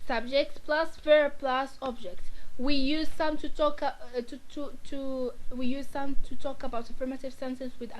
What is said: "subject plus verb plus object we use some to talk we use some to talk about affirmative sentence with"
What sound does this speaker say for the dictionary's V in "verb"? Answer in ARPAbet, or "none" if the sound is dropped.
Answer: F